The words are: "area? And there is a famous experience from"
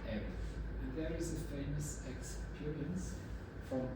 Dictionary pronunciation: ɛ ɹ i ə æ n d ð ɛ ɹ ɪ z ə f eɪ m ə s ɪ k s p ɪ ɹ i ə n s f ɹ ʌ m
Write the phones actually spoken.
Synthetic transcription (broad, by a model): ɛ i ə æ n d ð ɛ ɹ ɪ z ə f eɪ m ə s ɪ k s p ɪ ɹ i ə n s f ɹ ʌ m